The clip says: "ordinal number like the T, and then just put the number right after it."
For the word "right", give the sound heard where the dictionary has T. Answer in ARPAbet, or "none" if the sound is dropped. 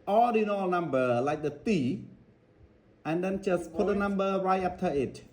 none